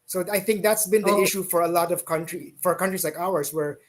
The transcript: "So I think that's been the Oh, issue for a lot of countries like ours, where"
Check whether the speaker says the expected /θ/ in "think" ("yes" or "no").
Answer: yes